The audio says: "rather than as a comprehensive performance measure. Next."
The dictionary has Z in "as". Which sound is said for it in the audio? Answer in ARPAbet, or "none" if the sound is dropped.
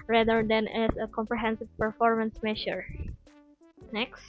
S